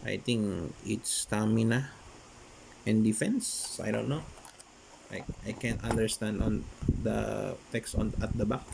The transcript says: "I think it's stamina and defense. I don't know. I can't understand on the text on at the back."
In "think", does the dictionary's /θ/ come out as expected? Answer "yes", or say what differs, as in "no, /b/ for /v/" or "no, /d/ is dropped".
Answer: no, /t/ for /θ/